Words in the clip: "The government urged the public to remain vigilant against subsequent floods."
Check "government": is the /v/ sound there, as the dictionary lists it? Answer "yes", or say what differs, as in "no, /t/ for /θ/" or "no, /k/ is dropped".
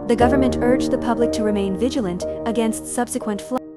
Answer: yes